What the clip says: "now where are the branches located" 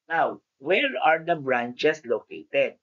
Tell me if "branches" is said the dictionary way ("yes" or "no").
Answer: no